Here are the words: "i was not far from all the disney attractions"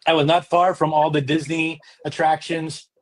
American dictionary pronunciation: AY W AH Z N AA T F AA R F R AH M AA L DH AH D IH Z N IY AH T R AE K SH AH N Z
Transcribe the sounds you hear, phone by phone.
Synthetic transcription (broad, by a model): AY W AH Z N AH T F AA R F R AH M AA L DH AH D IH Z N IY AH T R AE K SH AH N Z